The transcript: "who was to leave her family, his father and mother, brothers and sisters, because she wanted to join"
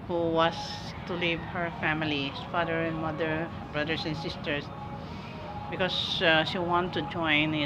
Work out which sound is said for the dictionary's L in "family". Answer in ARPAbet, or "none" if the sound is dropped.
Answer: none